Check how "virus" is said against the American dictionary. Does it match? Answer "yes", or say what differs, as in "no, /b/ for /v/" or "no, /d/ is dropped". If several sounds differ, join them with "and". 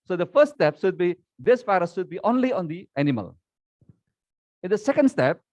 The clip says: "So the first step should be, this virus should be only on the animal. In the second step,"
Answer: no, /f/ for /v/